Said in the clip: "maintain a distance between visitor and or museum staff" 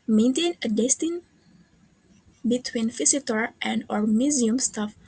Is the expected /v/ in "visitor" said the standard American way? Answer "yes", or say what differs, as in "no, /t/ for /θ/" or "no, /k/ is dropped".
no, /f/ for /v/